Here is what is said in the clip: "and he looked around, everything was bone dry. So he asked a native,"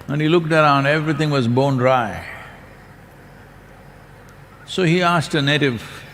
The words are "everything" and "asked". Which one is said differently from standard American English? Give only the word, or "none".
everything